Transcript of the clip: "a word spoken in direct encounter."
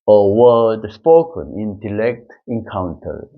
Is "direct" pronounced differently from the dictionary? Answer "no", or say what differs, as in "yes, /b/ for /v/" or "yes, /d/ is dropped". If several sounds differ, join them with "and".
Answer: yes, /l/ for /ɹ/